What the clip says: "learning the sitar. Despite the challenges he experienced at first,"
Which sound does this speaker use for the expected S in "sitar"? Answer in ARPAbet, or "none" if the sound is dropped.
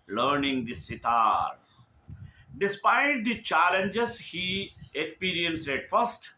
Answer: S